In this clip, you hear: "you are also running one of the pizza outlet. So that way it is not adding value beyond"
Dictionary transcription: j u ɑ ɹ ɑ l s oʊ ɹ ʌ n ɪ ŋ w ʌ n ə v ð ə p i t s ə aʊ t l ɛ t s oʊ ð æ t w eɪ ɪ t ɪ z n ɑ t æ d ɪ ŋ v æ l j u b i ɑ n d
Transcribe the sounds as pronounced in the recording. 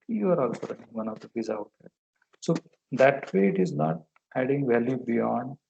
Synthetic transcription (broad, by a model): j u ɑ ɹ ɑ l s oʊ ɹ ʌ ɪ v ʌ n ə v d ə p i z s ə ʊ t ɛ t s oʊ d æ t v eɪ ɪ t ɪ z n ɑ t æ d ɪ ŋ v æ l j u b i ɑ n d